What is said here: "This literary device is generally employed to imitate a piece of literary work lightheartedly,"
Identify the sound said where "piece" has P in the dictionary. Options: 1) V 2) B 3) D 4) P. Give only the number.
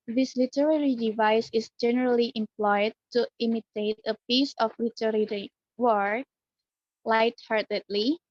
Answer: 4